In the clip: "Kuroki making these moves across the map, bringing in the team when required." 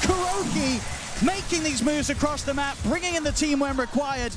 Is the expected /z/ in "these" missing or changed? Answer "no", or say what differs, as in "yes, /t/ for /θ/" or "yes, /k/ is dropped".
no